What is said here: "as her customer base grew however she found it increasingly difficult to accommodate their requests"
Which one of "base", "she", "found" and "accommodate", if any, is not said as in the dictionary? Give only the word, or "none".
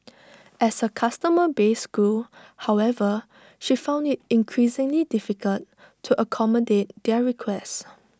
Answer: none